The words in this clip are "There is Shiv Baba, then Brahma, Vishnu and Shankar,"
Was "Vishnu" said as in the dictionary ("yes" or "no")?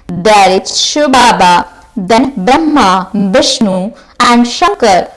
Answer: no